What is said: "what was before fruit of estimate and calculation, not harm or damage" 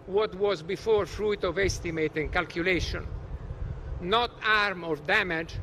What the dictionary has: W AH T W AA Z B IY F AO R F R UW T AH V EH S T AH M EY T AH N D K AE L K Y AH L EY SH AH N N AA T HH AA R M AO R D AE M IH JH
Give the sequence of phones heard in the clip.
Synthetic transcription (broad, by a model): W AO T W AA Z B IY F AO R F R UW T AH V EH S T AH M EY T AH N K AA L K Y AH L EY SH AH N N AA T AA R M AO R D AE M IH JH